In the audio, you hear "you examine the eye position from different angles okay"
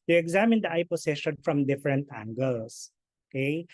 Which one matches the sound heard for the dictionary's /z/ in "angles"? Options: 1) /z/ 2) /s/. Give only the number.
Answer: 2